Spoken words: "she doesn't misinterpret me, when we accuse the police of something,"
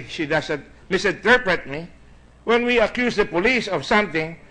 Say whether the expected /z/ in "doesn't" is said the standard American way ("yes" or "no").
no